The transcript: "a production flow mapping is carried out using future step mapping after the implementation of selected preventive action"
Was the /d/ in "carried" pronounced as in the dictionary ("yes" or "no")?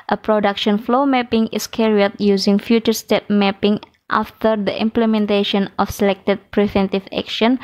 no